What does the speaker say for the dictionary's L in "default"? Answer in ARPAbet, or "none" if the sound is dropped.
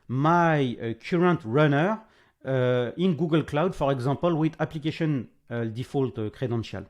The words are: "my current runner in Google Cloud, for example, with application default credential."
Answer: L